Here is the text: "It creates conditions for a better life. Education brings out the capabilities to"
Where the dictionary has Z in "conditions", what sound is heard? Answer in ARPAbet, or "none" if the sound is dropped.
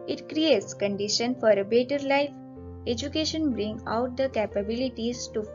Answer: none